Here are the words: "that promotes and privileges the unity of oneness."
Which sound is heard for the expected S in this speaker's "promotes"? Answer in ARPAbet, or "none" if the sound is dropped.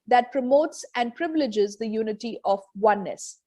S